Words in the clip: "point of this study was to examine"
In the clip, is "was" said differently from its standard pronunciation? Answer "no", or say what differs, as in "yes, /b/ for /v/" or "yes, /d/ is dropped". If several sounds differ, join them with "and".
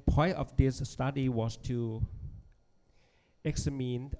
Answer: yes, /s/ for /z/